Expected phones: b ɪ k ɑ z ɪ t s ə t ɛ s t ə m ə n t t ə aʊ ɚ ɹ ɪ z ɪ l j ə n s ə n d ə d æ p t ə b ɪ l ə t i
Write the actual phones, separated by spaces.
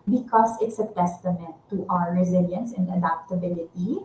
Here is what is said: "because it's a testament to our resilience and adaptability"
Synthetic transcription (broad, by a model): b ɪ k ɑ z ɪ t s ə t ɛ s t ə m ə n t t ə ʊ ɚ ɹ ɪ z ɪ l j ə n s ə n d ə d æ p t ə b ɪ l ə t i